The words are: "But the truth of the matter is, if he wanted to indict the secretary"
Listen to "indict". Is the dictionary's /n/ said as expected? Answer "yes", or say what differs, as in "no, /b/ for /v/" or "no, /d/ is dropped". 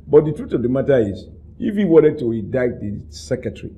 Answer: no, /n/ is dropped